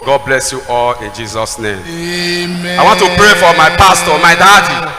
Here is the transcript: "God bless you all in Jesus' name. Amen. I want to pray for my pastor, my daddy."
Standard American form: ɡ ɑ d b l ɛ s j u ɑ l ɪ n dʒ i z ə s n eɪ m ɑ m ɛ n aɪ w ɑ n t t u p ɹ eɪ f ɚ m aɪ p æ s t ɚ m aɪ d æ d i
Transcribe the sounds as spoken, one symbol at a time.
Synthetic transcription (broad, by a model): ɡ ɑ d b l ɛ s j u ɑ l ɪ n dʒ i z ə s n eɪ m ɑ ɪ w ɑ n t t u p ɹ eɪ f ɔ m aɪ p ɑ s t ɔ m aɪ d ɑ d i